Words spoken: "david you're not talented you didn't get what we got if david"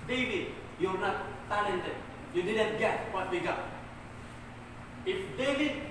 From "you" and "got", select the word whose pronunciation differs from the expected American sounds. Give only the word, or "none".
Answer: got